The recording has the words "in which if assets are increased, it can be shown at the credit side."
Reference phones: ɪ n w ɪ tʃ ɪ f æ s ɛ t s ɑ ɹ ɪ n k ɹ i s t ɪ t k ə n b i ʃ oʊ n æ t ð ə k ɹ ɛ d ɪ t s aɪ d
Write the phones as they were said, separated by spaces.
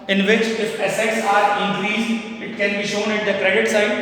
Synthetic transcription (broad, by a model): ɪ n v ɪ tʃ ɪ f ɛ s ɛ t s ɑ ɹ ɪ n k ɹ i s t ɪ t k ə n b i ʃ oʊ n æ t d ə k ɹ ɛ d ɪ t s aɪ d